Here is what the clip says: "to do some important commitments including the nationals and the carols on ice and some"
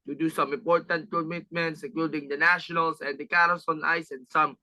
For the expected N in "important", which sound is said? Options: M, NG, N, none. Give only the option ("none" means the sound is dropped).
N